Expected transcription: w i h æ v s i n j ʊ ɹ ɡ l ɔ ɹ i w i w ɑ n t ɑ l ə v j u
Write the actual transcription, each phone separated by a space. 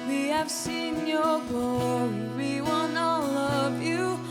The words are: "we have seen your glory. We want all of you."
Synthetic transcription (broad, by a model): w i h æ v s i n j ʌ ɹ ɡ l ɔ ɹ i w i w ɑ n ʌ l ə v j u